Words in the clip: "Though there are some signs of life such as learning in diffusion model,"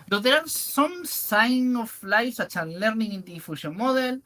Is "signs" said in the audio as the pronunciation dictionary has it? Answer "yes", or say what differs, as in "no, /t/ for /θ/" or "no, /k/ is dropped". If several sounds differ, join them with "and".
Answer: no, /z/ is dropped